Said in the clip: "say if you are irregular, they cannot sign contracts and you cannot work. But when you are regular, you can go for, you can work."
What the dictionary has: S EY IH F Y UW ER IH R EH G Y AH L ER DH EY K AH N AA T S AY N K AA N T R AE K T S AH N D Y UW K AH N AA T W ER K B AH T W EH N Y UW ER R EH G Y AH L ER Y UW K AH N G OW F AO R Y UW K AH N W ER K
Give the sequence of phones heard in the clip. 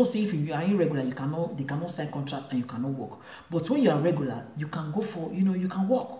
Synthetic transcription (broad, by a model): S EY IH F Y UW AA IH R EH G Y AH L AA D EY K AH N AA T S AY K AA N T R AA K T AH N Y UW K AH N AA T W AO K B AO T W EH N Y UW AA R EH G Y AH L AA Y UW K AH N G OW F AO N Y UW K AH N W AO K